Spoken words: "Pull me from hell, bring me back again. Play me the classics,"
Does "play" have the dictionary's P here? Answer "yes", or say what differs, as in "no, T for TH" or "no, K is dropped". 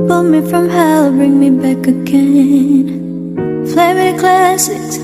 no, F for P